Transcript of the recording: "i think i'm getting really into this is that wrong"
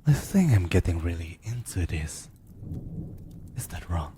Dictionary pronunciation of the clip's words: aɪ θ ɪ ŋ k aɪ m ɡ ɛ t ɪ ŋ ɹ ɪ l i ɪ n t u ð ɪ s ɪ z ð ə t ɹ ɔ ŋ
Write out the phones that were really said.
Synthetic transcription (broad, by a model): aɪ s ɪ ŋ aɪ m ɡ ɛ t ɪ ŋ ɹ ɪ l i ɪ n t u ð ɪ s ɪ z ð ə t ɹ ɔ ŋ